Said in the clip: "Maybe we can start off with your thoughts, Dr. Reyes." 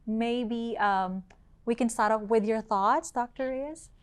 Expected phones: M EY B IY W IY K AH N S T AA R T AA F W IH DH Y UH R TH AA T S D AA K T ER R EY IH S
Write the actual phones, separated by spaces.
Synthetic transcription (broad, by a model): M EY B IY W IY K AH N S T AA R T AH P W IH DH Y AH R TH AA T S D AA K T ER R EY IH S